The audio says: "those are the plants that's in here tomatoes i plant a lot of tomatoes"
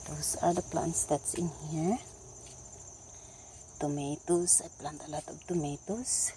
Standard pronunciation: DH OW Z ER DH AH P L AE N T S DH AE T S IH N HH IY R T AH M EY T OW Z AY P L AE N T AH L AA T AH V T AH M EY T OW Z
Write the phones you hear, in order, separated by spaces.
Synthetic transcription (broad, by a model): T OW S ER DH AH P L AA N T S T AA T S IH N HH IY R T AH M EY T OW S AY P L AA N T AH L AA T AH B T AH M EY T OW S